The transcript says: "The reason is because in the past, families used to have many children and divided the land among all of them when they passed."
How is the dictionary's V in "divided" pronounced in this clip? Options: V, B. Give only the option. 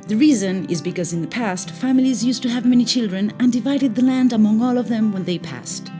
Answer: V